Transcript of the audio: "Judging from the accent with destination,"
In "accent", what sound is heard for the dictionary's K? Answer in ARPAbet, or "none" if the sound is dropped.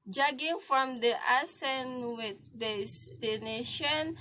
none